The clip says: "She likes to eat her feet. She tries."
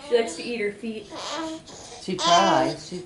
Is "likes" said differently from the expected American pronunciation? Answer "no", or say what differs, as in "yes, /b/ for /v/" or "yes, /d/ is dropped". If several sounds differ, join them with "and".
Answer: no